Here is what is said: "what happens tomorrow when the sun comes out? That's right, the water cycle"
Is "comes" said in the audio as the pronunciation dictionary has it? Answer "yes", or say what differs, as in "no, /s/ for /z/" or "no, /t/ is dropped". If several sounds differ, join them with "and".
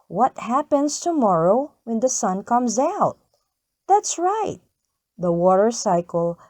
yes